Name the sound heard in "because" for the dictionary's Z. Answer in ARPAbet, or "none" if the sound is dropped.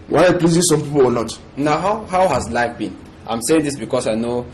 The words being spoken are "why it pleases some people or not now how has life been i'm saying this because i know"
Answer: S